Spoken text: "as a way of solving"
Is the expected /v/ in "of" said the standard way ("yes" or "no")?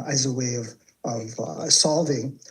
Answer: yes